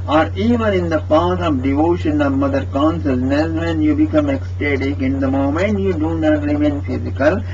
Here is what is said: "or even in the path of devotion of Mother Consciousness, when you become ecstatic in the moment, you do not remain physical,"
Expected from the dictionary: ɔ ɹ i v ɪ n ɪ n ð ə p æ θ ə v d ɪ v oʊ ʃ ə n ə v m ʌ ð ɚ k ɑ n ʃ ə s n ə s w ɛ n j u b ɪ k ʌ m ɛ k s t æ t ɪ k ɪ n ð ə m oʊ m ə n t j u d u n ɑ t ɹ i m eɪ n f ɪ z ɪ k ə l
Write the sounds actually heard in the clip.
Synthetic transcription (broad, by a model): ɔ ɹ i v ɪ n ɪ n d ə p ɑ t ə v d ɪ v oʊ ʃ ə n ə v m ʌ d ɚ k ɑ n s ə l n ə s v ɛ n j u b ɪ k ʌ m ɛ k s t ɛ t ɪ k ɪ n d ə m oʊ m ə n t j u d u n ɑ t ɹ i m eɪ n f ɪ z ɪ k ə l